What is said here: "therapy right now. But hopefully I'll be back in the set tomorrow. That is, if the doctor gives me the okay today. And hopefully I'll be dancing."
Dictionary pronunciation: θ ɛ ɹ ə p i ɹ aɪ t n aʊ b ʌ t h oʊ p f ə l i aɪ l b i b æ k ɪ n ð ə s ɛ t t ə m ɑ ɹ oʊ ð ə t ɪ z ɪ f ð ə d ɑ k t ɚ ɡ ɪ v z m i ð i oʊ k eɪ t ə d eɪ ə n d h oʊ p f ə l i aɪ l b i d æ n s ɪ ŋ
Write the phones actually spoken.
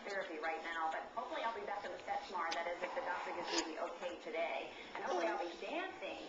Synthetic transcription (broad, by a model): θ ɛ ɹ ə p i ɹ aɪ t n aʊ b ʌ t h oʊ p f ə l i aɪ l b i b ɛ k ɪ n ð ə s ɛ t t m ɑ ɹ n ð ə t ɪ z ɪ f ð ə d ɑ k t ɚ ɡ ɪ z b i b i oʊ k eɪ t ə d eɪ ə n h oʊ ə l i aɪ l b i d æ n s ɪ ŋ